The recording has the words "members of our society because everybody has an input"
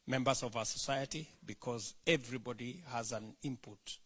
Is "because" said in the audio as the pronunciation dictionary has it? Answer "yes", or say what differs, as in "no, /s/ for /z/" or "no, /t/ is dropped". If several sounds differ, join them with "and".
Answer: yes